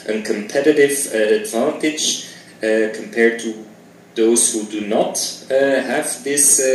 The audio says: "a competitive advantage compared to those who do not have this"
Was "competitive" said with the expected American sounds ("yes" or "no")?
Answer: yes